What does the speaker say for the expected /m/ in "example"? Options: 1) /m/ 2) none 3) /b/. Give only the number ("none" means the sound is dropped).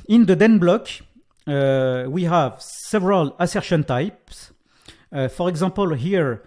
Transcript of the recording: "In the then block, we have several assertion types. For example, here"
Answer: 2